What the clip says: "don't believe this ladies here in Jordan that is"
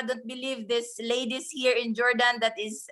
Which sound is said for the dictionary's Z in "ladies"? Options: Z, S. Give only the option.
S